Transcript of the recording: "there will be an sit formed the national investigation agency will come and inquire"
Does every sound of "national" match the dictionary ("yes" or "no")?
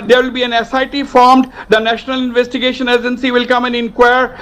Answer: yes